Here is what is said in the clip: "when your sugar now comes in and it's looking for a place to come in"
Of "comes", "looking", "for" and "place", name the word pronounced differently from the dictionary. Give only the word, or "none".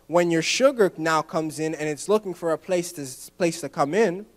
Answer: none